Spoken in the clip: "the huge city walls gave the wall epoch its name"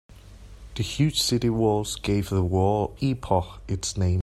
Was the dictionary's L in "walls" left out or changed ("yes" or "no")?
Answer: no